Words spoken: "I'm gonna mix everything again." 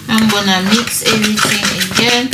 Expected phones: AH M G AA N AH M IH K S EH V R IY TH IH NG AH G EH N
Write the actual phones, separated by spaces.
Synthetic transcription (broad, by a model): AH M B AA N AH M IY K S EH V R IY T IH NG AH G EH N